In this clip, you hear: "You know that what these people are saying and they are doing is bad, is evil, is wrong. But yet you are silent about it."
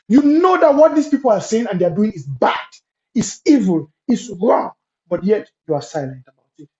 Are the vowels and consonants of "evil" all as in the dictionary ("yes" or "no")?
yes